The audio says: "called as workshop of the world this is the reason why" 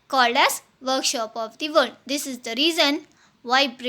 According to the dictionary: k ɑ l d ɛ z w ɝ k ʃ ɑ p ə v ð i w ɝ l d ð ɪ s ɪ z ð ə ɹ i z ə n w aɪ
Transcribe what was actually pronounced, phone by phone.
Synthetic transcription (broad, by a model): k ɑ l d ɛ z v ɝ k ʃ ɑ p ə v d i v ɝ n d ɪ s ɪ z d ə ɹ i z ə n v aɪ